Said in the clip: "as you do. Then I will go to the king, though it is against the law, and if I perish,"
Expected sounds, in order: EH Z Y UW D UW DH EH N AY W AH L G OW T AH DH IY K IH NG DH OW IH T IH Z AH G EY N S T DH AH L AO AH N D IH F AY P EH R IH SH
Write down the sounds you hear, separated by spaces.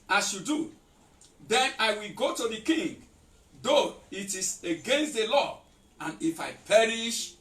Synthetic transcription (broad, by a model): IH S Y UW D UW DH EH N AY W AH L G OW T AH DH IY K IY NG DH OW IH T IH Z AH G EY N S T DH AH L AO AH N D IH F AY P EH R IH SH